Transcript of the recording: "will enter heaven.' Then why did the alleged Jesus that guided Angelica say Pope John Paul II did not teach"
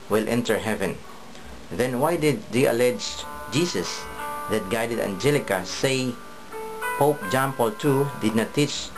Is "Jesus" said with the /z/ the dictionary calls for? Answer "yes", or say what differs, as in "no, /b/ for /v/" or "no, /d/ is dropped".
no, /s/ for /z/